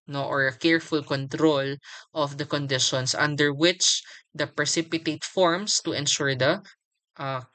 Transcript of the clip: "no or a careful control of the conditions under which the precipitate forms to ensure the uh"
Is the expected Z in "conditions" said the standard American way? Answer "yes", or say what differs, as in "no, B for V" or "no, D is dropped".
no, S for Z